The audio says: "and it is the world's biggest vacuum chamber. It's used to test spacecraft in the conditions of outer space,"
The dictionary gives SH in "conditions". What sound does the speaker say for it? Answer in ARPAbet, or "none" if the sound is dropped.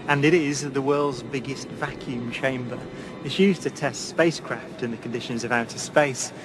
SH